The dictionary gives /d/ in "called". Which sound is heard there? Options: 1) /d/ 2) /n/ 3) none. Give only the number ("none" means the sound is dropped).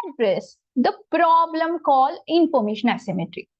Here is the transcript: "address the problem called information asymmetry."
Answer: 3